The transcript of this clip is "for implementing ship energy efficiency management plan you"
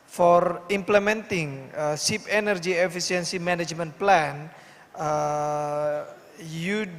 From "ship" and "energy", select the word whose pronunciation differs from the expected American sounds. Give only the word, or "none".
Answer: ship